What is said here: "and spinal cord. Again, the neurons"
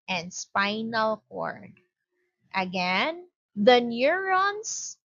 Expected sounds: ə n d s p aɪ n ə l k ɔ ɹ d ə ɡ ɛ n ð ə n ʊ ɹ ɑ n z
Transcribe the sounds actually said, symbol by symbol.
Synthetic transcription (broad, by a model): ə n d s p aɪ n ə l k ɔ ɹ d ə ɡ ɛ n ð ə n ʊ ɹ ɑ n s